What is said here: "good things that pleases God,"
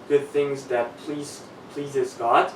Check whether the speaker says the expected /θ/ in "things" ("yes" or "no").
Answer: yes